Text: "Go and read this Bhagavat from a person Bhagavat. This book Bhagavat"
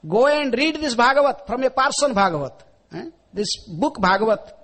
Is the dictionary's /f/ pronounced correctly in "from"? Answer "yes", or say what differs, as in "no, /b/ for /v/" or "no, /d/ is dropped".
no, /p/ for /f/